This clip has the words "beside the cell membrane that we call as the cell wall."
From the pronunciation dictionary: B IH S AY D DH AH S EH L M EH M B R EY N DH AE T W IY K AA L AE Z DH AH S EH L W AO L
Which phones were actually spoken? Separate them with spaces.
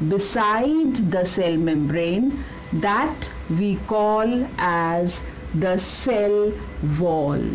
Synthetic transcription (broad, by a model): B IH S AY D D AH S EH L M EH M B R EY N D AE T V IY K AA L AE Z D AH S EH L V AO L